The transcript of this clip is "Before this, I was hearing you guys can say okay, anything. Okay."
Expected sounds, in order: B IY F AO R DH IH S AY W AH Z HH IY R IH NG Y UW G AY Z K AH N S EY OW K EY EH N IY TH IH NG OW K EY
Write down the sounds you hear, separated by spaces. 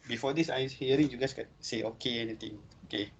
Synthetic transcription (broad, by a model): B IY F AO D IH S AY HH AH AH R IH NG Y UW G AY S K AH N S EY OW K EY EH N IY T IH NG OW K EY